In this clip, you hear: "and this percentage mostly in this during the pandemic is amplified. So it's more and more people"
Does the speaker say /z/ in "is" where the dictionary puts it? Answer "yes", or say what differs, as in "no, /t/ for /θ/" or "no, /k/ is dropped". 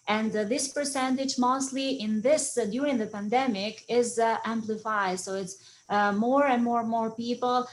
yes